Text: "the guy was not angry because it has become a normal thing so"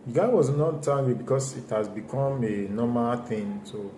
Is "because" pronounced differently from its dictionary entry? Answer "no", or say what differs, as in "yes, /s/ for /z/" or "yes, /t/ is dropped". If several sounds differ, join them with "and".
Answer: yes, /s/ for /z/